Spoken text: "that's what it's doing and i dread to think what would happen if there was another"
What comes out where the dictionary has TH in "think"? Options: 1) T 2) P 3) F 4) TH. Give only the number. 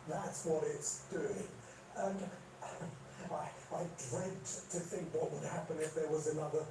4